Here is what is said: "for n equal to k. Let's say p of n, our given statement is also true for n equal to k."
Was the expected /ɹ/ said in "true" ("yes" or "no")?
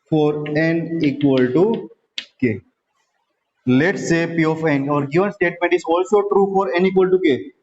yes